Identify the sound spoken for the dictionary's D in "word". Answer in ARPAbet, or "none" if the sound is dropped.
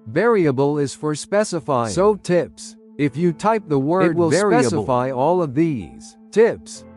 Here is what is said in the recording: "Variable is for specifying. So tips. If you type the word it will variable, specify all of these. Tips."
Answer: none